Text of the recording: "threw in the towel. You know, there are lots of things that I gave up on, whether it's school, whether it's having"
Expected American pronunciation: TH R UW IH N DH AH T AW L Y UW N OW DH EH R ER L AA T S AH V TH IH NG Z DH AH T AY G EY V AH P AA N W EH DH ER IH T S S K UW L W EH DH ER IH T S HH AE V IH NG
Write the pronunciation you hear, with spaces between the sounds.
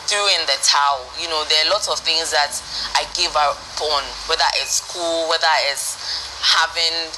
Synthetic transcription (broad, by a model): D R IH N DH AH T AW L Y UW N OW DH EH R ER L AA T S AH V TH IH NG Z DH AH T AY G EY V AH B AA N W EH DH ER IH T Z S K UW L W EH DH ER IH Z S HH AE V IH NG